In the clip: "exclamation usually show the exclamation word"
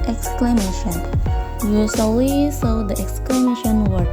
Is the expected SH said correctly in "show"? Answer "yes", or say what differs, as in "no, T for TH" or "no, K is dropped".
no, S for SH